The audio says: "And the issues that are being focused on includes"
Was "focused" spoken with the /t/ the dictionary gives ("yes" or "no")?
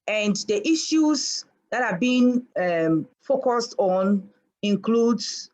yes